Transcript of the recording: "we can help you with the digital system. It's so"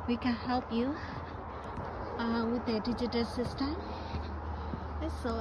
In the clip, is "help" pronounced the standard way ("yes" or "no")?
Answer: yes